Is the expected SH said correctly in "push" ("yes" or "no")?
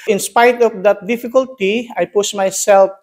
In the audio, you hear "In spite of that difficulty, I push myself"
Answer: no